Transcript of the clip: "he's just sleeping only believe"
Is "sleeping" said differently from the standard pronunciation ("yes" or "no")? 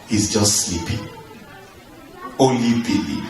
no